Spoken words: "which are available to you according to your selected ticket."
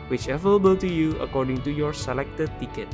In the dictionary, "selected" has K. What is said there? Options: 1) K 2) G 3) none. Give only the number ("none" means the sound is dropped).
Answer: 1